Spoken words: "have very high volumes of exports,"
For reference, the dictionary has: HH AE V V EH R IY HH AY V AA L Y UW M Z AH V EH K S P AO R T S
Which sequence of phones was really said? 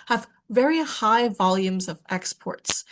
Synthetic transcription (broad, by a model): HH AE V V EH R IY HH AY V AA L Y UW M Z AH V EH K S P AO R T S